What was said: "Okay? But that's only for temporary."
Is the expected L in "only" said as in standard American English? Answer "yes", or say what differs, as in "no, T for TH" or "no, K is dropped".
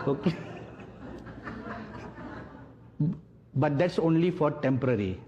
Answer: yes